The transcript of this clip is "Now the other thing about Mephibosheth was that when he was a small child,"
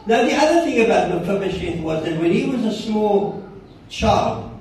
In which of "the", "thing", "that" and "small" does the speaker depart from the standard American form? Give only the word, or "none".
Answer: none